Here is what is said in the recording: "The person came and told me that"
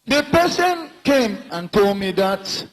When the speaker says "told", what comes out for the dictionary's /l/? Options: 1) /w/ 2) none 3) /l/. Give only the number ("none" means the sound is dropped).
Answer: 3